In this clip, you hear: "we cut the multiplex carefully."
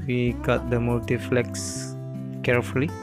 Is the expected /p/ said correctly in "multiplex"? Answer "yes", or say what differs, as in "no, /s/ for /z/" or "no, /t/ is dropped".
no, /f/ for /p/